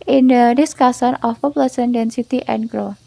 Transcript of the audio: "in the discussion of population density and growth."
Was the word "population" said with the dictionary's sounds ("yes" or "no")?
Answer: no